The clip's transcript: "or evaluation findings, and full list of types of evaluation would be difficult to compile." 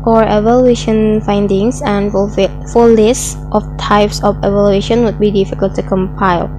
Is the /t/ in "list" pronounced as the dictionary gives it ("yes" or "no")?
yes